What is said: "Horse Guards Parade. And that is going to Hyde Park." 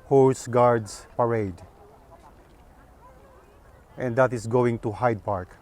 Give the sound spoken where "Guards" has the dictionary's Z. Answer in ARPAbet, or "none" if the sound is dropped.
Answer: S